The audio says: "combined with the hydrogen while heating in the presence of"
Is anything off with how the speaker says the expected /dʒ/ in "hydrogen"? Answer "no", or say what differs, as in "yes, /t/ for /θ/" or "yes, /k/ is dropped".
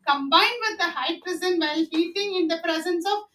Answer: yes, /z/ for /dʒ/